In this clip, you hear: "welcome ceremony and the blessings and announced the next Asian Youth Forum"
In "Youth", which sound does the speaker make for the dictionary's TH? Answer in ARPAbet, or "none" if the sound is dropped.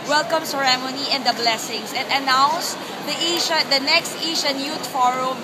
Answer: T